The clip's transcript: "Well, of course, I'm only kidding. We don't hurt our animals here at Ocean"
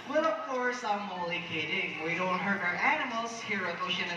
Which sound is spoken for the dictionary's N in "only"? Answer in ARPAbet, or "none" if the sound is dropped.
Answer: none